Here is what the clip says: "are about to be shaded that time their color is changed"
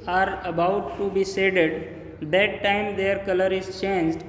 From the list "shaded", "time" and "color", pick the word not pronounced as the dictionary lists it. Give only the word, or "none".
shaded